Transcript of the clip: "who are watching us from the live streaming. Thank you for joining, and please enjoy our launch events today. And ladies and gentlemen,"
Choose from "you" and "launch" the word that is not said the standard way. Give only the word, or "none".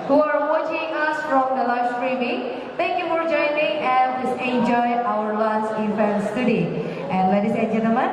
launch